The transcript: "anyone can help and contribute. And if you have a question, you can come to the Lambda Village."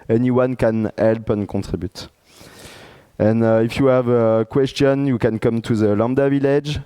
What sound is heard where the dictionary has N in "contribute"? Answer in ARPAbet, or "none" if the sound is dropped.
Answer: none